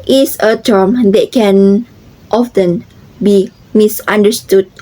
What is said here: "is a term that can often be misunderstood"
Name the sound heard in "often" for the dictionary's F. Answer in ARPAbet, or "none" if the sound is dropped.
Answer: F